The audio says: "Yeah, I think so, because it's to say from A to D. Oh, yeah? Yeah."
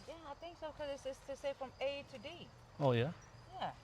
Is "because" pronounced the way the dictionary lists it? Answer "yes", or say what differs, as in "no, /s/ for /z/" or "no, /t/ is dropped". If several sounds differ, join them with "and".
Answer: no, /k/ is dropped